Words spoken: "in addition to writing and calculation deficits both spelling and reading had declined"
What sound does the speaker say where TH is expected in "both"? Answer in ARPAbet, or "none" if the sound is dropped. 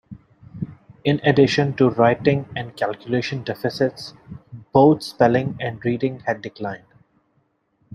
T